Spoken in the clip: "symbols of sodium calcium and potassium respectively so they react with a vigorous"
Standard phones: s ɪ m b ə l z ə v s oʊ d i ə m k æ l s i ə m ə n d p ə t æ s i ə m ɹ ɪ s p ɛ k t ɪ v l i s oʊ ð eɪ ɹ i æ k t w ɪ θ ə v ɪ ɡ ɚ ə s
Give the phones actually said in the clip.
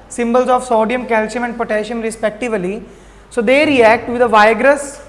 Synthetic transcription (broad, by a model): s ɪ m b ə l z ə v s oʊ d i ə m k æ l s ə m ə n d p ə t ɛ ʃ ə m ɹ ɪ s p ɛ k t ɪ v l i s oʊ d eɪ ɹ i æ k t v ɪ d ə v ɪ ɡ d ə s